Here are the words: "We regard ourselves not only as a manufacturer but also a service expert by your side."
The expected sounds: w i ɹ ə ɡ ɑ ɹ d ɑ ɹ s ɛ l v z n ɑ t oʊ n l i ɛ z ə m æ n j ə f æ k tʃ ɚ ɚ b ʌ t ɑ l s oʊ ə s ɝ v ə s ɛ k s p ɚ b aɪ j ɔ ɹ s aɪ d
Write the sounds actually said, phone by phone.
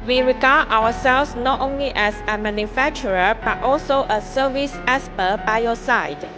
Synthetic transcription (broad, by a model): w i ɹ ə ɡ ɑ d ɑ w s ɛ l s n ɑ t oʊ n l i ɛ s ə m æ n j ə f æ k tʃ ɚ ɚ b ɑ t ɑ l s oʊ ə s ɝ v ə s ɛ s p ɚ b aɪ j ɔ s aɪ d